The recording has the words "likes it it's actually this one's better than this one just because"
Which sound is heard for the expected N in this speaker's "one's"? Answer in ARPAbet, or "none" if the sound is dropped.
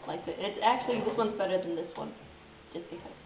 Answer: N